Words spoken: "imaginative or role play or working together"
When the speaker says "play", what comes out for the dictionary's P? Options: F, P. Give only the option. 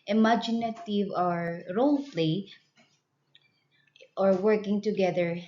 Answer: F